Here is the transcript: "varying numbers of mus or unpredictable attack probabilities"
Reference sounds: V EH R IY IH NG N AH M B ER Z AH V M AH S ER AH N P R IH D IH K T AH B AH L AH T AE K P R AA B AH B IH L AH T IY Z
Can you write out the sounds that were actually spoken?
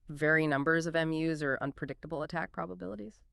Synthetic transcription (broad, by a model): V EH R IY N AH M B ER Z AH V M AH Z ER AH N P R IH D IH K T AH B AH L AH T AE K P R AA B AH B IH L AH T IY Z